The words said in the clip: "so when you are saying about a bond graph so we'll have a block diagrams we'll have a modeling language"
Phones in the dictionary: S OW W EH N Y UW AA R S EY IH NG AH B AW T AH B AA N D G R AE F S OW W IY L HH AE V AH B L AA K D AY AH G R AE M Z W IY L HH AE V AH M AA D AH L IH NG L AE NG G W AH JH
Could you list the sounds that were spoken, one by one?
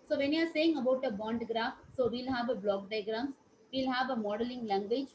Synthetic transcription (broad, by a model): S OW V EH N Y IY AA R S EY IH NG AH B AW T AH B AA N D G R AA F S OW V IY L HH AE V AH B L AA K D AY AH G R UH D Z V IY L HH AE V AH M AA D AH L IH NG L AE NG G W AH JH